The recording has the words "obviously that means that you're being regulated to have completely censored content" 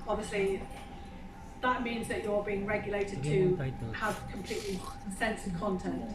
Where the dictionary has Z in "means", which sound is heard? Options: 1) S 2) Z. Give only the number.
2